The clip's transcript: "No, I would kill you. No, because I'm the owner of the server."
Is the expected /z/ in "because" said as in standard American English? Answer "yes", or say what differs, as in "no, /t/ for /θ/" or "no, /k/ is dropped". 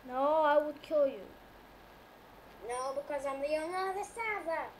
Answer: yes